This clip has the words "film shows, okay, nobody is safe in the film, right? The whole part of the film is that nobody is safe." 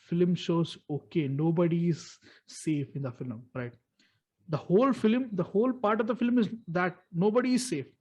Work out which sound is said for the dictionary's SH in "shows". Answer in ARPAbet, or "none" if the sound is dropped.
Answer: SH